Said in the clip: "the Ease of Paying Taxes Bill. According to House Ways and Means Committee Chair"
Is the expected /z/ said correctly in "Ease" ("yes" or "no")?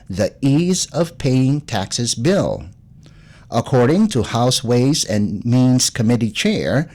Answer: yes